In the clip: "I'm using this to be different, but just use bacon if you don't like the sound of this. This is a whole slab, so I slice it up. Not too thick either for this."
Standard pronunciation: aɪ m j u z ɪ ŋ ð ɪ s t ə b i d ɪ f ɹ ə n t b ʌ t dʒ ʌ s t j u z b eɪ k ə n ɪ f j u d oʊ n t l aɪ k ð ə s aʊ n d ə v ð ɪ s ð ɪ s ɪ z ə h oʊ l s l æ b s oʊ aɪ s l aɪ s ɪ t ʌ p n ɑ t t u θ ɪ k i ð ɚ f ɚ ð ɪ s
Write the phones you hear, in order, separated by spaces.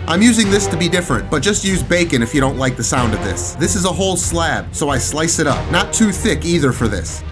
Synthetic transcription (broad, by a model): aɪ m j u z ɪ ŋ ð ɪ s t ə b i d ɪ f ɹ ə n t b ʌ t dʒ ʌ s t j u z b eɪ k ə n ɪ f j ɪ d oʊ n t l aɪ k ð ə s aʊ n d ə v ð ɪ s ð ɪ s ɪ z ə h oʊ l s l æ b s oʊ aɪ s l aɪ s ɪ t ʌ p n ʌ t t u θ ɪ k i ð ɚ f ɚ ð ɪ s